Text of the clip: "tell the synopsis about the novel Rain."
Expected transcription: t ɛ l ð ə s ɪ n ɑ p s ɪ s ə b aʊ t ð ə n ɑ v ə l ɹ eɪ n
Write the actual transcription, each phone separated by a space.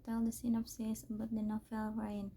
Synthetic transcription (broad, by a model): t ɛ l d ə s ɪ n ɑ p s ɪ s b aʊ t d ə n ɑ f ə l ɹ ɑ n